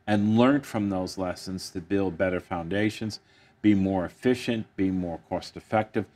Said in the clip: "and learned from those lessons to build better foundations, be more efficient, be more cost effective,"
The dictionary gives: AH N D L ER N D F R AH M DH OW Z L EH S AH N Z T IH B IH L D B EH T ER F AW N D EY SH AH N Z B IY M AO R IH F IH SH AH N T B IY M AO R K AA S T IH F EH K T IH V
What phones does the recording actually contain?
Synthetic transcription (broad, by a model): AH N L ER N F R AH M DH OW Z L EH S AH N Z T IH B IH L D B EH T ER F AW N D EY SH AH N Z B IY M AO R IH F IH SH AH N B IY M AO R K AA S T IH F EH K T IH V